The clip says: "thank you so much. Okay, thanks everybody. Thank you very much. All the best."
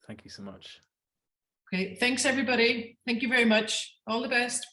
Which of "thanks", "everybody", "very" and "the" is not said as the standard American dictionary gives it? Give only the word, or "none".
none